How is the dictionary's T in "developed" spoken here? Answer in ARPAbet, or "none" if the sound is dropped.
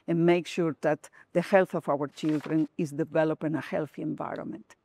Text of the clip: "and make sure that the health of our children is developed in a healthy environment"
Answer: none